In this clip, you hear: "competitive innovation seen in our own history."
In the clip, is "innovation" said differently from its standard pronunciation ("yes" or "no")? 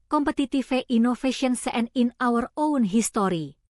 yes